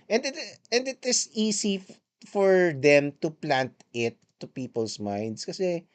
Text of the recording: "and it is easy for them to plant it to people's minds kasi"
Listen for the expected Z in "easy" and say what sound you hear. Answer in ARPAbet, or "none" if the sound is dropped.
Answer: S